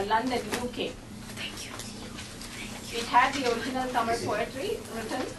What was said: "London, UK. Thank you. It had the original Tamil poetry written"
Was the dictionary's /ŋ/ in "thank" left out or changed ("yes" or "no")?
yes